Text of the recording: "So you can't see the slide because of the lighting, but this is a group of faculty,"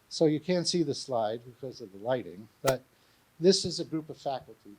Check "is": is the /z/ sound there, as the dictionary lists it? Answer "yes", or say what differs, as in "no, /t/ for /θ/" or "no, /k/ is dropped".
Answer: yes